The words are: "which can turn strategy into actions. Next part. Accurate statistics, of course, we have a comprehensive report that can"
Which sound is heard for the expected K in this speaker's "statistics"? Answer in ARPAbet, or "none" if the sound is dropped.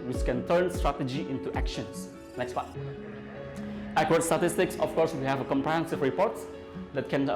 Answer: K